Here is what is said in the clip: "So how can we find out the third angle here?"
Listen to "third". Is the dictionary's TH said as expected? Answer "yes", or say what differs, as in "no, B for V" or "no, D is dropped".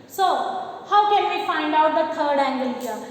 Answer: no, T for TH